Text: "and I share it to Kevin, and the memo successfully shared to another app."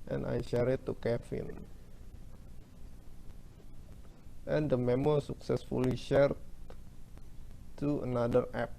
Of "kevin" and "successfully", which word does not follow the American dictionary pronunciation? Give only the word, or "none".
kevin